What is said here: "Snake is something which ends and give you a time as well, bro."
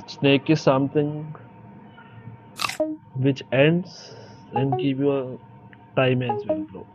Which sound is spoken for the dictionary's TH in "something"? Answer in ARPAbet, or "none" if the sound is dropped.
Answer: T